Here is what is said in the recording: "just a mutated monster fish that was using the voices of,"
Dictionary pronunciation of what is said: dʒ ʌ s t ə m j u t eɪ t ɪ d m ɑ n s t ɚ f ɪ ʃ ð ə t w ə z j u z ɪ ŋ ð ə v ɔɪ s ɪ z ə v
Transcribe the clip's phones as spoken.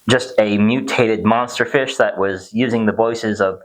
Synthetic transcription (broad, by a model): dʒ ʌ s t ə m j u t eɪ t ɪ d m ɑ n s t ɚ f ɪ ʃ ð ə t w ə z j u z ɪ ŋ ð ə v ɔɪ s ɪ z ə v